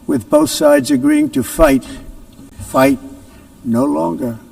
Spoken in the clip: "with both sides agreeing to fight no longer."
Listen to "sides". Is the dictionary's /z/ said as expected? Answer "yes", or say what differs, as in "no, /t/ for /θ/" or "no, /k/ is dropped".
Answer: yes